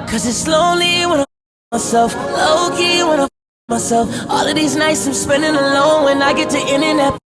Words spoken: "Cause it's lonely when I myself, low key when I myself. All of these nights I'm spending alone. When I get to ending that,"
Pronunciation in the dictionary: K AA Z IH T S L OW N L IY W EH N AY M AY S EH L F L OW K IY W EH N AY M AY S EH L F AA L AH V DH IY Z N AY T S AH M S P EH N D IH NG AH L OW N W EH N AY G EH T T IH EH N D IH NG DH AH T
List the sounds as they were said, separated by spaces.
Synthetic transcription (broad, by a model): K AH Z IH T S L OW N L IY W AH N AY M AY S EH L F L OW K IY W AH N AY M AY S EH L F AA L AH V DH IY Z N AY T S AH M S P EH N D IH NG AH L OW N W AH N AY G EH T T IH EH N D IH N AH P